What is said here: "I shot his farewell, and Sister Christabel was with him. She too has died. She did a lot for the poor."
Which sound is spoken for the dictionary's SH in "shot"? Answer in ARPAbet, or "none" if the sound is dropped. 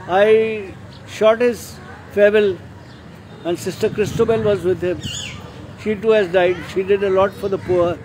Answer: SH